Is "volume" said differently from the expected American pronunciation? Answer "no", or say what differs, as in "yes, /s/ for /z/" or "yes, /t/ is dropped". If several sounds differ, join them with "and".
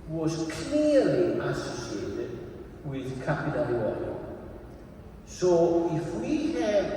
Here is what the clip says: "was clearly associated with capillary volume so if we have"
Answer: yes, /w/ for /v/